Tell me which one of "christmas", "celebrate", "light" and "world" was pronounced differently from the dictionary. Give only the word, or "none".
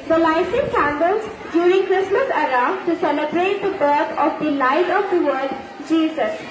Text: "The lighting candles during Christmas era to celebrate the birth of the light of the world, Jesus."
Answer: world